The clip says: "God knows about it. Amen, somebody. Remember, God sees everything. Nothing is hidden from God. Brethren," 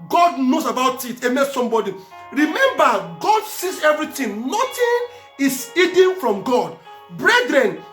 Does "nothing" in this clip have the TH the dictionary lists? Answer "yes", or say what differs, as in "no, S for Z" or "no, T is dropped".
no, T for TH